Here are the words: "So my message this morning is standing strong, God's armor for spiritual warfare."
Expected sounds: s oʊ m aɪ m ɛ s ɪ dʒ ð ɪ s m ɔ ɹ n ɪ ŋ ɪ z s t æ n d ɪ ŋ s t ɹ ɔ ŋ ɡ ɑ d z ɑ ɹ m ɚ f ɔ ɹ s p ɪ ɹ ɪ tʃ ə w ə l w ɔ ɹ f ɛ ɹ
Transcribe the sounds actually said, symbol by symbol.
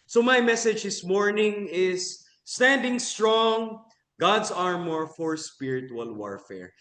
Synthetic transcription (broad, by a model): s oʊ m aɪ m ɛ s ɪ dʒ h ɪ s m ɔ ɹ n ɪ ŋ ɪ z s t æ n d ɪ ŋ s t ɹ ɔ ŋ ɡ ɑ d s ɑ ɹ m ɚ f ɔ ɹ s p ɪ ɹ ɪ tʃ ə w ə l w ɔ ɹ f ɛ ɹ